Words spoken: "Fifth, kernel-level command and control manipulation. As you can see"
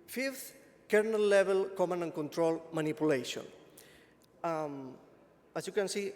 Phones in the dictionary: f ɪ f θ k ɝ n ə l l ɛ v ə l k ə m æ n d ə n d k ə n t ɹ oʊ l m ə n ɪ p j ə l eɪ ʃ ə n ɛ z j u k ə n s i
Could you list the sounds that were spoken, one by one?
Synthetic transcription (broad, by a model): f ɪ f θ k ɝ n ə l l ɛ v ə l k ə m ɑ n ə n k ə n t ɹ oʊ l m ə n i p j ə l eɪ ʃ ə n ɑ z j u k ə n s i